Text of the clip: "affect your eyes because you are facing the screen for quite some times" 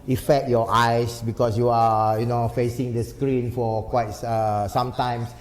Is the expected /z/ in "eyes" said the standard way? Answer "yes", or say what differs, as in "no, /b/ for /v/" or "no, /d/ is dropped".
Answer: no, /s/ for /z/